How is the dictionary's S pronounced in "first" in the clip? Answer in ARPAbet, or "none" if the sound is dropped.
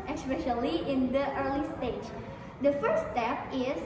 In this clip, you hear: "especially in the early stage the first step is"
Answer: none